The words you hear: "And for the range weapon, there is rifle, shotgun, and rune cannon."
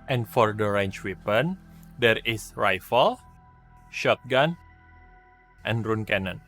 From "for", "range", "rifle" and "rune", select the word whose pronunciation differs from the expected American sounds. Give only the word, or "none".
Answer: range